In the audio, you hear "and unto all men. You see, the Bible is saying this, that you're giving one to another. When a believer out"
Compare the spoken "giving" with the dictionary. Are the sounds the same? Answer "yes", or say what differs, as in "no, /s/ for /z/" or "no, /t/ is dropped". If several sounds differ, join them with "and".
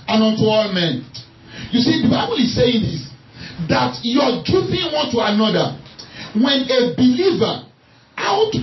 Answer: no, /f/ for /v/